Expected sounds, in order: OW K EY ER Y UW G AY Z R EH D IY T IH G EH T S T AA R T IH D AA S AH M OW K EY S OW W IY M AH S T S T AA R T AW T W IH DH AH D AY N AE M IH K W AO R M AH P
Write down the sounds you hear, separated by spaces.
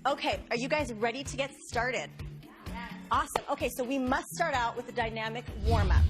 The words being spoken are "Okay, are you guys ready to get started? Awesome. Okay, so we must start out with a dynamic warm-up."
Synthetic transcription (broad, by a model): OW K EY ER Y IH G AY Z R EH D IY T IH G EH T S T AA R T IH D AA S AH M OW K EY S OW W IY M AH S T S T AA R T AW T W IH DH AH D AY N AE M IH K W AO R M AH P